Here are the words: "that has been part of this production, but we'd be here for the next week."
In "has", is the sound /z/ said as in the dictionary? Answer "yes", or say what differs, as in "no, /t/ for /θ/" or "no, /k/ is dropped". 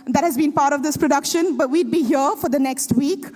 yes